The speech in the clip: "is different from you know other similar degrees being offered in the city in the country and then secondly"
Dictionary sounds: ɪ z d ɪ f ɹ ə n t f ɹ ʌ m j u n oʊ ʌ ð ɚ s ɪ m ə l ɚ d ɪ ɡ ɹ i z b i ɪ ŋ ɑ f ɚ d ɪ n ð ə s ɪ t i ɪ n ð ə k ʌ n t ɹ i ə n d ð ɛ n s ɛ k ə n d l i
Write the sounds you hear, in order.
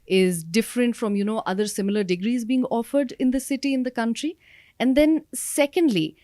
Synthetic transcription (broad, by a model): ɪ z d ɪ f ɹ ə n t f ɹ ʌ m j u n oʊ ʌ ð ɚ s ɪ m ə l ɚ d ɪ ɡ ɹ i z b i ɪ ŋ ɑ f ɚ d ɪ n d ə s ɪ t i ɪ n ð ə k ʌ n t ɹ i ə n d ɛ n s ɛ k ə n d l i